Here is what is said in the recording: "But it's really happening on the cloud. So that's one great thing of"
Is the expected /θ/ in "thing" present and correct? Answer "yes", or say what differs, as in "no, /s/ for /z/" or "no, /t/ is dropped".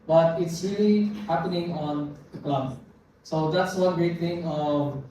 no, /t/ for /θ/